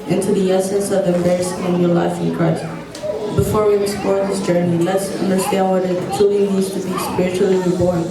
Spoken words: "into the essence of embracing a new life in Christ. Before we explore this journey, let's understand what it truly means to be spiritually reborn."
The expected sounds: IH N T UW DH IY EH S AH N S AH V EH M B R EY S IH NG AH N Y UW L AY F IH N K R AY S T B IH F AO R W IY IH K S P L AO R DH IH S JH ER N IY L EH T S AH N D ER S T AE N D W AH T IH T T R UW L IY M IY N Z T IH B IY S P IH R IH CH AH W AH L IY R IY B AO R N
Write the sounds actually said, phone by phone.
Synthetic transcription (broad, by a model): IH N T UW DH IY EH S AH N S AH V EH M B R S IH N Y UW L AY F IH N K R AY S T B IH F AO R W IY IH S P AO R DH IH S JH ER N IY L EH T S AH N D ER S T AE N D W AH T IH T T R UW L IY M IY Z T IH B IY S P IH R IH CH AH L IY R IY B AO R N